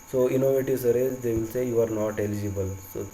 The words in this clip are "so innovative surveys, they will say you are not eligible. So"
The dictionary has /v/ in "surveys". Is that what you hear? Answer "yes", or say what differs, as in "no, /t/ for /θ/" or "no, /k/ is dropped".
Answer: no, /v/ is dropped